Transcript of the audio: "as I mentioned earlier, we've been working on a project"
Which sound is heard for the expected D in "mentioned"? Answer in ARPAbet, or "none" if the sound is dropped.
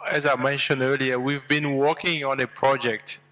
D